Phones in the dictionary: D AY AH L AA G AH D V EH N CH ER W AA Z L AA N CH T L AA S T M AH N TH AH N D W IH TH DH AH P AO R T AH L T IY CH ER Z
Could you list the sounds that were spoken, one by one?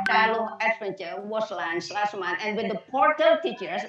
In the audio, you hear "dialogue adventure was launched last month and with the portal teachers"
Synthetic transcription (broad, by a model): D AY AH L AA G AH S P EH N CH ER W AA S L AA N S L AA S T M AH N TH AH N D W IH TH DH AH P AO R T AH L T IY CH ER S